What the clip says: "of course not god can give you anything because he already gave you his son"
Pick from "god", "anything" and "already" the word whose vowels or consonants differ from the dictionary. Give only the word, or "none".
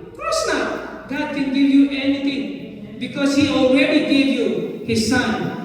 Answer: anything